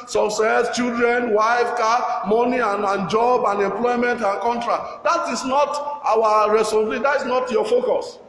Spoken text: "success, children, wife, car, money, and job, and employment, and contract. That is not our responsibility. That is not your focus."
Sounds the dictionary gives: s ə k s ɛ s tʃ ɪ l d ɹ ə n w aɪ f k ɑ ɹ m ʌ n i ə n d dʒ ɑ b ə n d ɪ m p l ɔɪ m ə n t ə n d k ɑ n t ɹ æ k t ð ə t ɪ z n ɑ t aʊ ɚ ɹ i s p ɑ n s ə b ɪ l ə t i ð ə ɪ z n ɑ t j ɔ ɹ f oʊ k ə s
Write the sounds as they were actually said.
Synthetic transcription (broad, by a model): s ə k s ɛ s tʃ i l d ɹ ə n w aɪ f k ɑ m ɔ n i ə n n dʒ ɑ b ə n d ɪ m p l ɔɪ m ə n t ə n k ɑ n t ɹ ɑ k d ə t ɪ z n ɑ t aʊ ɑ ɹ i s ɑ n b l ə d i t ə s n ɑ t j ɔ f oʊ k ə s